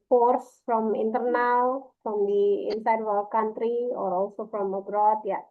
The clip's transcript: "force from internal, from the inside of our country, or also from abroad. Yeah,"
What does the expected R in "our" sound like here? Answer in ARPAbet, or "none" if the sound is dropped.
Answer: L